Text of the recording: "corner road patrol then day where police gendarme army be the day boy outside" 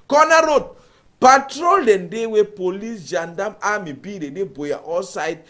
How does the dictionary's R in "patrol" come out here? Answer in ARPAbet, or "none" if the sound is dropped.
R